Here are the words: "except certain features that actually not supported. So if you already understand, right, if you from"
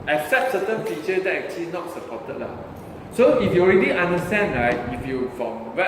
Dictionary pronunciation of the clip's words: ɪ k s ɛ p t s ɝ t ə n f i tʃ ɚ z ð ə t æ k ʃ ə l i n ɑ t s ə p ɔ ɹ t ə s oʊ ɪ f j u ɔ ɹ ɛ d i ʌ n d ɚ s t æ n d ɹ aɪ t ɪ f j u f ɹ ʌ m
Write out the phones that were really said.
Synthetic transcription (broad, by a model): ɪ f s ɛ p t s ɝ t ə n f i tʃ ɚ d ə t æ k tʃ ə l i n ɑ t s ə p ɔ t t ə s oʊ ɪ f j u ɔ ɹ ɛ d i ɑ n d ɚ s t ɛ n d ɹ aɪ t ɪ f j u f ɹ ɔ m